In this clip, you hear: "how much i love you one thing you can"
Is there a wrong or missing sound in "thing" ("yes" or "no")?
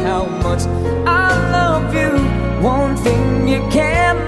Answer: no